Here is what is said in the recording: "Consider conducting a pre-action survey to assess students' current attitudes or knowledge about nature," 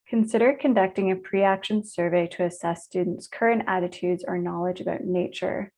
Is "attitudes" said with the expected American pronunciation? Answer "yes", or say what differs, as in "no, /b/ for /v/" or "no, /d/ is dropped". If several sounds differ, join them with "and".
yes